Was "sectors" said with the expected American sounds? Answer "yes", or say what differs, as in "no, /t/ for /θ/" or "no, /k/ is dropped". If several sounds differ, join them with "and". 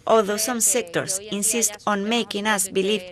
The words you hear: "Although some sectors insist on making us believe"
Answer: no, /s/ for /z/